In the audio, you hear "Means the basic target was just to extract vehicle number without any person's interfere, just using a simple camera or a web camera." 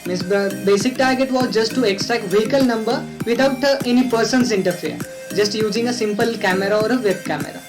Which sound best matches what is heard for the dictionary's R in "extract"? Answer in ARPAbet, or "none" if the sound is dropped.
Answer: none